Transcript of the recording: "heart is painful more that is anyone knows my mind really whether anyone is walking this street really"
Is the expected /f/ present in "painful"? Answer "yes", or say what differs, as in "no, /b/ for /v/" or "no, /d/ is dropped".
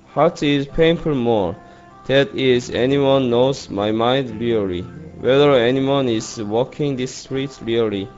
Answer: no, /p/ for /f/